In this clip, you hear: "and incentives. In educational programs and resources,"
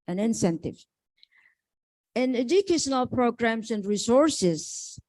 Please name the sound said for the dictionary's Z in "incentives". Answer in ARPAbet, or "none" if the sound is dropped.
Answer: none